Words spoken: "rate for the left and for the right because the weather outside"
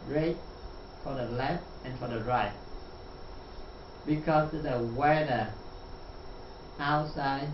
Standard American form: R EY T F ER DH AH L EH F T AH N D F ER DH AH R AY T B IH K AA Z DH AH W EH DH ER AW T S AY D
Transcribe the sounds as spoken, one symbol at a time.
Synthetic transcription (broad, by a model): R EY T F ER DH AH L EH F T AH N F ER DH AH R AY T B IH K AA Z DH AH W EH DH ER AW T S AY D